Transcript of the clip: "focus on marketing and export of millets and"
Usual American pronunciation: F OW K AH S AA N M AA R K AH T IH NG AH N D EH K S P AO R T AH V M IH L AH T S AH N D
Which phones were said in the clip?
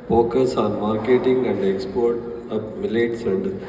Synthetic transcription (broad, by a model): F OW K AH S AA N M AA R K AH T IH NG AH N D EH K S P AO R T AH P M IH L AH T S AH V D